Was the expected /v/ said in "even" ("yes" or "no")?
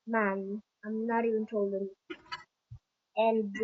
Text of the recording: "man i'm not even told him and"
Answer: no